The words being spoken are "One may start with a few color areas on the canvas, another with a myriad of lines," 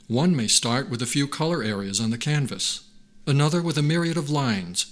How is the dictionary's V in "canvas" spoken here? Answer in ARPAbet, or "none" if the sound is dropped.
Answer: V